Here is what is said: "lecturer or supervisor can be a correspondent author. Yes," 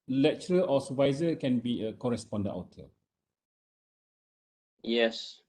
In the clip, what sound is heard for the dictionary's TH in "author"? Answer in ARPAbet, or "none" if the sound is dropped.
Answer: T